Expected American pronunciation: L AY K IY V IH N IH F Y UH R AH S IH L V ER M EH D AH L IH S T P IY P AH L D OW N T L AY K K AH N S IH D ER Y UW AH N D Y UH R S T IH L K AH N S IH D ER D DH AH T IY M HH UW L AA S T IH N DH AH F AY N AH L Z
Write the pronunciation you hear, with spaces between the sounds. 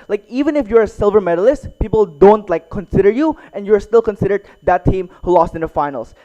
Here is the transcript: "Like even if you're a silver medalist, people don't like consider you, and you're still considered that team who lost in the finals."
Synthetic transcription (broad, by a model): L AY K IY V IH N IH F Y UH R AH S IH L V ER M EH D AH L IH S T P IY P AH L D OW N T L AY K K AH N S IH D ER Y UW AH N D Y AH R S T IH L K AH N S IH D ER D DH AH T IY M HH UW L AA S T IH N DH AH F AY N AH L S